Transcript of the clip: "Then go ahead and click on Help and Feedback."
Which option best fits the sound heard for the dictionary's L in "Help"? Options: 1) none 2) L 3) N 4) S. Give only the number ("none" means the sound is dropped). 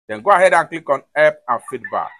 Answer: 1